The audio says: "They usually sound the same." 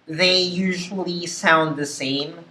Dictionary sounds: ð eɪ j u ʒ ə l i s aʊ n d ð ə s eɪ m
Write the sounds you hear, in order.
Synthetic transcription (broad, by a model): ð eɪ j u ʒ ə l i s aʊ n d ð ə s eɪ m